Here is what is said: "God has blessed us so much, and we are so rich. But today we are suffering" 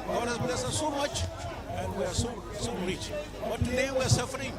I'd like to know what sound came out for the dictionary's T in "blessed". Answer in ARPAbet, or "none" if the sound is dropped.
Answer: none